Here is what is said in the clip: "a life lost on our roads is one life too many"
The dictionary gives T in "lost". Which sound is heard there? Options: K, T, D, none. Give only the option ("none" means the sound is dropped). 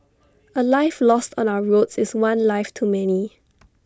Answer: T